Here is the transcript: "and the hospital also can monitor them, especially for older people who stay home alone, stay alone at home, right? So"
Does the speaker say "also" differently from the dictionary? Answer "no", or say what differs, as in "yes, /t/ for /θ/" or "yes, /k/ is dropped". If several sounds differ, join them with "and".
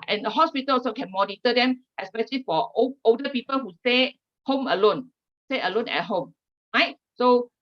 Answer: yes, /l/ is dropped